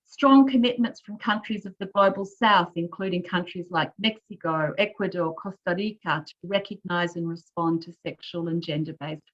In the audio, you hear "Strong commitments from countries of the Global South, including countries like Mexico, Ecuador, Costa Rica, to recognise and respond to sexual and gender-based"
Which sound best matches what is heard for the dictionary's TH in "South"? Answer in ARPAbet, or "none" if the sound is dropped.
TH